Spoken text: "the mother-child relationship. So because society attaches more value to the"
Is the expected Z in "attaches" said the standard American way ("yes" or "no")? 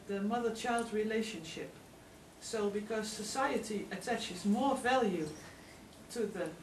yes